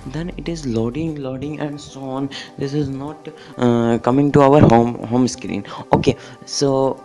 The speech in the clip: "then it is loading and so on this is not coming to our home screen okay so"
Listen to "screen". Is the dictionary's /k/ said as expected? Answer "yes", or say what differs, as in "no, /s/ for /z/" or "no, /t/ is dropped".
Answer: yes